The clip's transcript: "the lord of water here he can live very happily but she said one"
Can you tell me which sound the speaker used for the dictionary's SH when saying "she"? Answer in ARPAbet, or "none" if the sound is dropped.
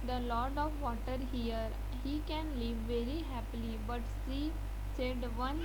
S